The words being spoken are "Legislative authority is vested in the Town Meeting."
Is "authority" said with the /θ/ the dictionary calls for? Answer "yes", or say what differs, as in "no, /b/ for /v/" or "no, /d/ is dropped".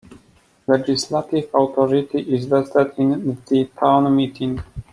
no, /t/ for /θ/